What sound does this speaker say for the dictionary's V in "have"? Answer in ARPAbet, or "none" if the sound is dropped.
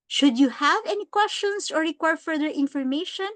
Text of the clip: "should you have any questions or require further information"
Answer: V